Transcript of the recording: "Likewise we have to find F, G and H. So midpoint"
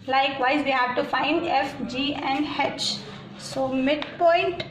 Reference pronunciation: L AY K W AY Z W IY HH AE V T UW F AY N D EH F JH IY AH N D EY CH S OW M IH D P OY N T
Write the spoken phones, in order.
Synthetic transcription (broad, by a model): L AY K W AY Z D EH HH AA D T UW F AY N D EH F JH IY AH N D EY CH S OW M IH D P OY N T